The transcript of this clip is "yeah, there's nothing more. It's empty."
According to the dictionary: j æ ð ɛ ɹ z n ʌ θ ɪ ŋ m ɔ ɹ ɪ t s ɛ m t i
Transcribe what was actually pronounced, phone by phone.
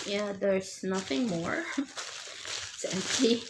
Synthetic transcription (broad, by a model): j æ ð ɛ ɹ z n ʌ θ ɪ ŋ m ɔ ɹ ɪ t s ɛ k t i